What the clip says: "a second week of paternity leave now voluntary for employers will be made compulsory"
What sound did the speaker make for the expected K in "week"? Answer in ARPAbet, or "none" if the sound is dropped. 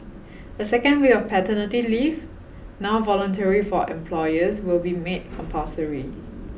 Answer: none